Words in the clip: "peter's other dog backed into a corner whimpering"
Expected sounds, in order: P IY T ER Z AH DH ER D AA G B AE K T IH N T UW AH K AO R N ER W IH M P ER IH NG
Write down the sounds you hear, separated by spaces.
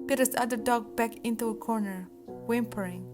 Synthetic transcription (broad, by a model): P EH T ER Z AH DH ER D AA G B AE K IH N T UW AH K AO R N ER W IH M P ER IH NG